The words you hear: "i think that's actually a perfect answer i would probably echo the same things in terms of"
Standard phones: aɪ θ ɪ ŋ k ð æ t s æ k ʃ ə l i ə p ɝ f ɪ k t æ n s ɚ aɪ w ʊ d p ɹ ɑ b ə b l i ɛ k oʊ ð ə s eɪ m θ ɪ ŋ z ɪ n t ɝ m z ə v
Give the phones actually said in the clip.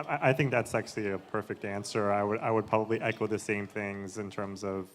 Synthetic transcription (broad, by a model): aɪ θ ɪ ŋ k ð æ t s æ k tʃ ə l i ə p ɝ f ɪ k t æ n s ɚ aɪ w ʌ d p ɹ ɑ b ə b l i ɛ k oʊ ð ə s eɪ m θ ɪ ŋ z ɪ n t ɝ m z ə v